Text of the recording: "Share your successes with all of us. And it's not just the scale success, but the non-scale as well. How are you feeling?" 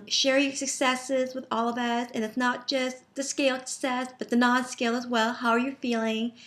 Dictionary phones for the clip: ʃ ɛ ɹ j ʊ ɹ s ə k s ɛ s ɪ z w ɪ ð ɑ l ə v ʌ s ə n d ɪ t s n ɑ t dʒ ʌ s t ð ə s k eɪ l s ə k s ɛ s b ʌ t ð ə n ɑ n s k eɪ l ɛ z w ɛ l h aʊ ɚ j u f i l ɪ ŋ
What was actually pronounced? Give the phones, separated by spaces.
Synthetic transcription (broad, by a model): ʃ ɛ ɹ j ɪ s ə k s ɛ s ɪ z w ɪ ð ɑ l ə v ʌ s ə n ɪ t s n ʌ t dʒ ʌ s t ð ə s k eɪ l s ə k s ɛ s b ʌ t ð ə n ɑ n s k eɪ l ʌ z w ɛ l h aʊ ɚ j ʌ f i l ɪ ŋ